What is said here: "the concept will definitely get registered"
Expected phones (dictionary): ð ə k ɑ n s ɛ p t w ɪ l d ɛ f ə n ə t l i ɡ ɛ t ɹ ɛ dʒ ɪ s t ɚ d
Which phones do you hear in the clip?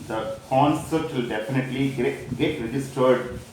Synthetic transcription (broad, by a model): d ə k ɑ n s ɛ t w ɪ l d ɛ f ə n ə t l i ɡ ɛ t ɹ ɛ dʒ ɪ s t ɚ d